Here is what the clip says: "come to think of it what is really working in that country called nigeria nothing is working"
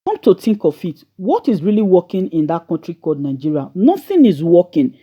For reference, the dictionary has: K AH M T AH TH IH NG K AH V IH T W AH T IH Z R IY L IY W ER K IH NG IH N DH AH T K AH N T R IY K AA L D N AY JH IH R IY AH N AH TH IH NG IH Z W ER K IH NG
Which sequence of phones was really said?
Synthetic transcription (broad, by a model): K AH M T AH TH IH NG K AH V IH T W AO T IH Z R IY L IY W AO K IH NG IH N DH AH T K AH N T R IY K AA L D N AY JH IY R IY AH N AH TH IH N IH Z W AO K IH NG